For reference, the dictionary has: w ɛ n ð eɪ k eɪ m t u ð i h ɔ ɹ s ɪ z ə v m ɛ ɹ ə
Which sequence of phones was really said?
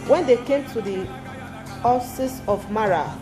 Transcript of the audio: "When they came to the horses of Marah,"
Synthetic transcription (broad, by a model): w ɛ n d eɪ k eɪ m t u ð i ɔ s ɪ s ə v m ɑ ɹ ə